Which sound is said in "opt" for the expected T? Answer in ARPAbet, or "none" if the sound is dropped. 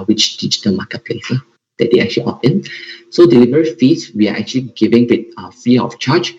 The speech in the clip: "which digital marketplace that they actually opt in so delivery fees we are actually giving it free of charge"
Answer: none